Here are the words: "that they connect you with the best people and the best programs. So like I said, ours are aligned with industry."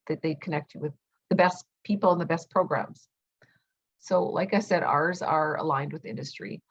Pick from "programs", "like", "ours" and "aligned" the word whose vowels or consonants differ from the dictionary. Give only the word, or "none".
none